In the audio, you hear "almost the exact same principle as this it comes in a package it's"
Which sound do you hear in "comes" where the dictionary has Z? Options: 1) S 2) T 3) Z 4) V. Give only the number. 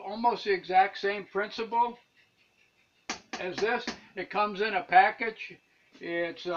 3